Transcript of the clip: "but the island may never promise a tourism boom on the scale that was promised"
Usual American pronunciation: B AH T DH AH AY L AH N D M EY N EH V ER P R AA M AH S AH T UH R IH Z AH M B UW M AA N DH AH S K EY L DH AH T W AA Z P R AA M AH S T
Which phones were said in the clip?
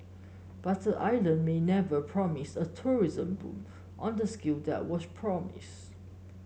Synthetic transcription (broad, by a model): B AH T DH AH AY L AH N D M EY N EH V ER P R AA M AH S AH T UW R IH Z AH M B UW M AA N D AH S K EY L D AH T W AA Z P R AA M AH S